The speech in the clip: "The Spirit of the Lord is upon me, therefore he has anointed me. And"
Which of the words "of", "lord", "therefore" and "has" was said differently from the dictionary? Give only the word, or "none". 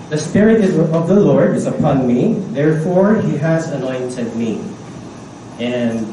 none